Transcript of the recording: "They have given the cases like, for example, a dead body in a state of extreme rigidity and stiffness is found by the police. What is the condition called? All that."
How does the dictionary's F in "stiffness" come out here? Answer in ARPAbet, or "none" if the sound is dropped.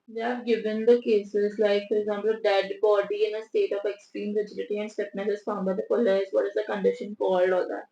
P